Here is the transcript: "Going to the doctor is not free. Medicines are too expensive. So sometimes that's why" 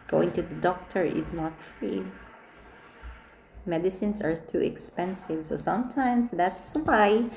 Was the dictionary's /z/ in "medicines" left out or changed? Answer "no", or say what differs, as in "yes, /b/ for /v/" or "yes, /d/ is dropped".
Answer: yes, /s/ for /z/